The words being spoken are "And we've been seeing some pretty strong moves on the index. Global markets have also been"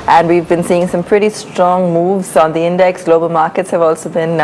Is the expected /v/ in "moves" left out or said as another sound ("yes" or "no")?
no